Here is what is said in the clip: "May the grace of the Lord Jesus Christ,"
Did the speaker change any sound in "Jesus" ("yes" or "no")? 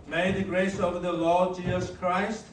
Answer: no